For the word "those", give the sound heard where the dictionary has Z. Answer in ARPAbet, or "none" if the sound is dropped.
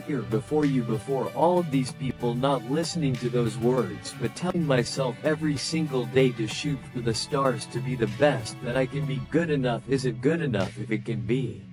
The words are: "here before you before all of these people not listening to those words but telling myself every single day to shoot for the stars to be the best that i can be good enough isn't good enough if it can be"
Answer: Z